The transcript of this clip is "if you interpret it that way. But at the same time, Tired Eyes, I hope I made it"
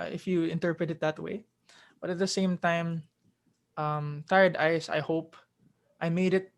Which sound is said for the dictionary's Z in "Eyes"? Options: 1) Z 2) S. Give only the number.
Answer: 2